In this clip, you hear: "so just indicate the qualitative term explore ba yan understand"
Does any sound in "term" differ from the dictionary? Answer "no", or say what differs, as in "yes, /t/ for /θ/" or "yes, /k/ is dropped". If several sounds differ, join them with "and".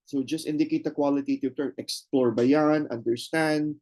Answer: yes, /m/ is dropped